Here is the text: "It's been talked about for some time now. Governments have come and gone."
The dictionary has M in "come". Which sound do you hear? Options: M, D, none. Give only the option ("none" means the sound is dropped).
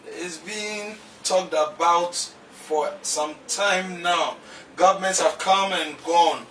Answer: M